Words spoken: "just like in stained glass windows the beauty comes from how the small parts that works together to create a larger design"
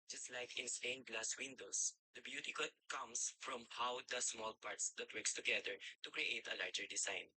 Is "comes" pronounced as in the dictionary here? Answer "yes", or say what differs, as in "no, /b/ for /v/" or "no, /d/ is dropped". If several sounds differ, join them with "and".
no, /s/ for /z/